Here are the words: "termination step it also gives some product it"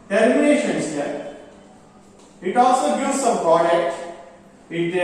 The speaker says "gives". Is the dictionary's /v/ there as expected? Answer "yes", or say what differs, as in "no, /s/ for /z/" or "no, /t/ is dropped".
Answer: no, /v/ is dropped